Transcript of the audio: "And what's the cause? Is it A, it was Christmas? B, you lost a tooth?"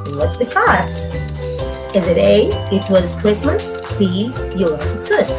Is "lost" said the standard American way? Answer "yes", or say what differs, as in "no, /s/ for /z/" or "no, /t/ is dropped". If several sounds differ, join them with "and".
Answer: no, /t/ is dropped